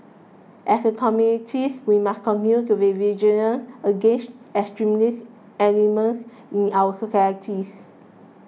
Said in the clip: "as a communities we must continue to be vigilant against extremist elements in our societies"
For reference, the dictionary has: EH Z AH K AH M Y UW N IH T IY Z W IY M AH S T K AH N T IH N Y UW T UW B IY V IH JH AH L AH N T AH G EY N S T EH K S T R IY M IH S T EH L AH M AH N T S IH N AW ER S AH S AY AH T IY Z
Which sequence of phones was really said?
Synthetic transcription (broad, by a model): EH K AH K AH M Y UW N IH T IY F W IY M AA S K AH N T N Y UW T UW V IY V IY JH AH N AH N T AH G EY N S T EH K S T R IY M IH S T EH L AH M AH N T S IH N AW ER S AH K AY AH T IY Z